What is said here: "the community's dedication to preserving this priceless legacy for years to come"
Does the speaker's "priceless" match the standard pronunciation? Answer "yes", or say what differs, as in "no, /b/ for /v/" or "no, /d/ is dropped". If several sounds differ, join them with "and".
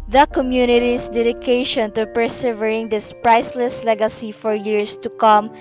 yes